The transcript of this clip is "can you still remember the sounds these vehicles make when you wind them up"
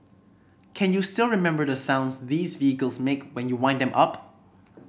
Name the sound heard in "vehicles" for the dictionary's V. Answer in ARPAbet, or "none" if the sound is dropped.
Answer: V